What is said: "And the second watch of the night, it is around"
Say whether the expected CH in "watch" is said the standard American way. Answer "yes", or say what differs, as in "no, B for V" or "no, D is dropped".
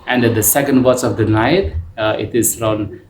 no, S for CH